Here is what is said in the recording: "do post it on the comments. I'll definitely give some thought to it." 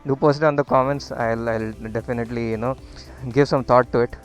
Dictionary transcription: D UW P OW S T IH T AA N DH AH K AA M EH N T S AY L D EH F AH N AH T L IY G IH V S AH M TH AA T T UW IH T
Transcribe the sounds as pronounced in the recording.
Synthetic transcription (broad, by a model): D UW P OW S IH T AA N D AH K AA M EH N T S AY L D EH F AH N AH T L IY G IH V S AH M T AA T T UW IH T